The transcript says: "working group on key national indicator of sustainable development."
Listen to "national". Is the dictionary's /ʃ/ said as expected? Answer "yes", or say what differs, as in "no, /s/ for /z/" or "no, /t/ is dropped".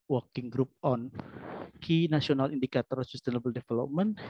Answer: no, /s/ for /ʃ/